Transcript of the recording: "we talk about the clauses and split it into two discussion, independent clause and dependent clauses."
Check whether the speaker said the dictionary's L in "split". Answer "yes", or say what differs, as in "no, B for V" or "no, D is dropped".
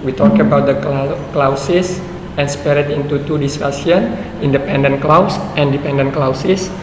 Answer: no, L is dropped